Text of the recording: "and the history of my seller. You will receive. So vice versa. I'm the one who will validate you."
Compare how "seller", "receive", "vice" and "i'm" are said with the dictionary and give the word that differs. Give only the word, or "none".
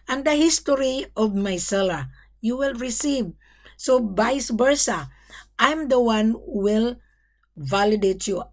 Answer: vice